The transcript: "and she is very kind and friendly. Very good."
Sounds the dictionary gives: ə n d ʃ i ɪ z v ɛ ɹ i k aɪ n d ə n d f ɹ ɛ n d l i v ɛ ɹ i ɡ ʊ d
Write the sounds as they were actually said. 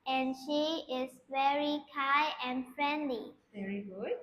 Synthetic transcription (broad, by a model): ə n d ʃ i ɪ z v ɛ ɹ i k aɪ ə n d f ɹ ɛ n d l i v ɛ ɹ i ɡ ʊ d